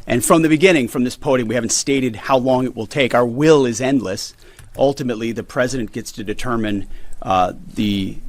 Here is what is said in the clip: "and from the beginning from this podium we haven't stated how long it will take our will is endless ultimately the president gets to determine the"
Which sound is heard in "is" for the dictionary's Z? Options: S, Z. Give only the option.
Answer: Z